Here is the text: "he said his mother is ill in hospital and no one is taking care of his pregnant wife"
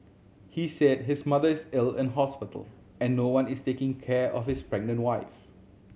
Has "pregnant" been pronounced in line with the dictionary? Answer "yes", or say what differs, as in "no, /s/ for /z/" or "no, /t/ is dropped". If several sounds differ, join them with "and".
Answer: yes